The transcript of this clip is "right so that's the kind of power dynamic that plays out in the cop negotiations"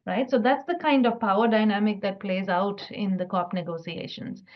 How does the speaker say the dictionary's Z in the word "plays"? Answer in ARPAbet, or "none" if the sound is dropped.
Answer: Z